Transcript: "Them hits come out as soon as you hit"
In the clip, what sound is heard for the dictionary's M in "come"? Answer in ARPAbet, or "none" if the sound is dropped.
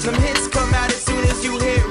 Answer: M